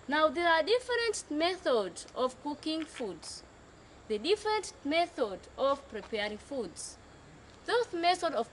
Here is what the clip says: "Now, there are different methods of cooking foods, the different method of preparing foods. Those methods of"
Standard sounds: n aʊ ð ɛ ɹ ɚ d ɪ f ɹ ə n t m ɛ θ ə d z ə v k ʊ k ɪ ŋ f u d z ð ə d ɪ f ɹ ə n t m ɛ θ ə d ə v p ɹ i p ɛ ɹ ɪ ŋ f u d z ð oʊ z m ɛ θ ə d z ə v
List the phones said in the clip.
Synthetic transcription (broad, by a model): n aʊ ð ɛ ɹ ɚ d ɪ f ɹ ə n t m ɛ θ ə d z ə v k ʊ k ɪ ŋ f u d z ð ə d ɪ f ɹ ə n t m ɛ θ ə d ə v p ɹ i p ɛ ɹ ɪ ŋ f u d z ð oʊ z m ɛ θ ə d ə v